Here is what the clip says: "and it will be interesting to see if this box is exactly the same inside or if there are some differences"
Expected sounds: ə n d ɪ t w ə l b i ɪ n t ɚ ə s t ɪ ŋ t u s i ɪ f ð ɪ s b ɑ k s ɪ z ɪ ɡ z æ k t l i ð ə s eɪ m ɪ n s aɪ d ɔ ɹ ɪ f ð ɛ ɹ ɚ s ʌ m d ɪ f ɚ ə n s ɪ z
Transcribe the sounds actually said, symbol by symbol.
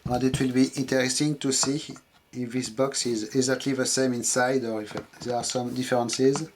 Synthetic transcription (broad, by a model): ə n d ɪ t w ə l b i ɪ n t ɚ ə s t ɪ ŋ t u s i ɪ f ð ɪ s b ɑ k s ɪ z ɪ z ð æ t l i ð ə s eɪ m ɪ n s aɪ d ɔ ɹ ɪ f ð ɛ ɹ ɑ s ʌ m d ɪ f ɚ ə n s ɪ z